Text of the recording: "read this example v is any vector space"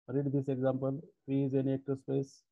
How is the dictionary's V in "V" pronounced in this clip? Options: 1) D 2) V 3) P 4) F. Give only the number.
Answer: 4